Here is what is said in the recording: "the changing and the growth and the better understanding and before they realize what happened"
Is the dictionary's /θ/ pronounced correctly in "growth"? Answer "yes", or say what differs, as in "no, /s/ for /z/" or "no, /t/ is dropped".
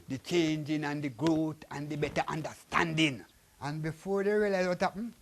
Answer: no, /t/ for /θ/